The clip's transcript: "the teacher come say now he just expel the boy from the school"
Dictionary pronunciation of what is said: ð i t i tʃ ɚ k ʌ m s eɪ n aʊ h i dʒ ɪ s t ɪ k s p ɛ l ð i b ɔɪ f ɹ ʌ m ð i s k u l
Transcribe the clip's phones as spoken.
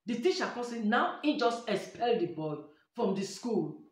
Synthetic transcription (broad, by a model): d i t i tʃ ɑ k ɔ s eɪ n aʊ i dʒ ɪ s t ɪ s p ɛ l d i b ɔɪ f ɹ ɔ m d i s k u l